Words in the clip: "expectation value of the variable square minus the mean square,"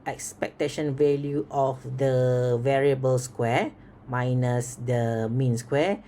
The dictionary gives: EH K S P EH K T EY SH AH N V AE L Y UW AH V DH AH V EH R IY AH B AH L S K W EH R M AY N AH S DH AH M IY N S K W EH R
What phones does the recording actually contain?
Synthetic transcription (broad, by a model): EH K S P EH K T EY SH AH N V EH L Y UW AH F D AH V EH R IY AH B AH L S K W EH M AY N AH S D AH M IY N S K W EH